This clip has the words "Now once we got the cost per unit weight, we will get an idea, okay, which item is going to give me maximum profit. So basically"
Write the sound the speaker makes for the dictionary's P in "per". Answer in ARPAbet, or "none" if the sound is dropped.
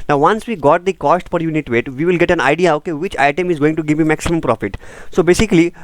F